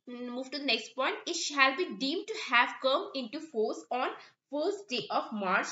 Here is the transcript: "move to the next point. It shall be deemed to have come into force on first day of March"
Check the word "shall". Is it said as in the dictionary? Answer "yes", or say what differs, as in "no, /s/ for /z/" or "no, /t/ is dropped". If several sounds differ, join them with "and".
yes